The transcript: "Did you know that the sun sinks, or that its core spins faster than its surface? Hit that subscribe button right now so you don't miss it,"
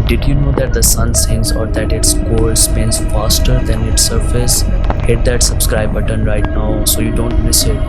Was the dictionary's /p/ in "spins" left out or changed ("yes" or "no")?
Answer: yes